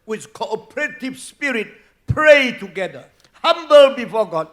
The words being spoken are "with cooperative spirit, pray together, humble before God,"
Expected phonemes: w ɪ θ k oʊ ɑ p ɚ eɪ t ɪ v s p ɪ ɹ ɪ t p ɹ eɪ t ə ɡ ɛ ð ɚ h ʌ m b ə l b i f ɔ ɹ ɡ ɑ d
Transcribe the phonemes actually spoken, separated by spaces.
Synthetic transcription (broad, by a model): w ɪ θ k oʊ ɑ p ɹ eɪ t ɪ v s p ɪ ɹ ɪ t p ɹ eɪ t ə ɡ ɛ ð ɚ h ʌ m b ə l b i f ɔ ɡ ɑ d